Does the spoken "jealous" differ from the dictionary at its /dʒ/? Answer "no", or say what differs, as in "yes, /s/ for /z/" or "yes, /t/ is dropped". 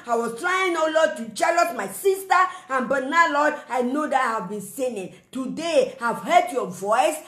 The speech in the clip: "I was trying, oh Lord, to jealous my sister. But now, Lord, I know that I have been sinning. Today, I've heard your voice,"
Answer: yes, /tʃ/ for /dʒ/